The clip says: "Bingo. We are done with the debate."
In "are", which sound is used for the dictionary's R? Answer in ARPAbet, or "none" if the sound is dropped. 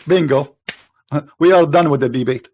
L